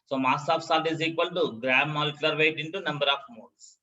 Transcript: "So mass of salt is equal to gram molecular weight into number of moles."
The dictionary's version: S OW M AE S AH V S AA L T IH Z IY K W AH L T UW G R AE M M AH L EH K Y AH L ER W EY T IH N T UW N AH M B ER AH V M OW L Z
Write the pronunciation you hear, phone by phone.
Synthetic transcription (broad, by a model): S OW M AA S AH F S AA T IH Z IY K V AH L T UW G R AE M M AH L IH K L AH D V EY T IH N T UW N AH M B ER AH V M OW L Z